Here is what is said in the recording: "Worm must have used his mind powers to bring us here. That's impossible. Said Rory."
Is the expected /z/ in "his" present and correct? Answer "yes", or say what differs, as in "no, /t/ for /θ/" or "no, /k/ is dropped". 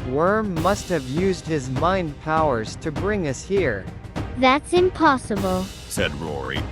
yes